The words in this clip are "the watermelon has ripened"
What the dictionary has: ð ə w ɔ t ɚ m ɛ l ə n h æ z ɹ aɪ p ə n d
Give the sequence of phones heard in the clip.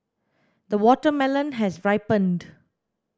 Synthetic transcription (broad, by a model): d ə w ɔ t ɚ m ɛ l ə n h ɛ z ɹ aɪ p ə n d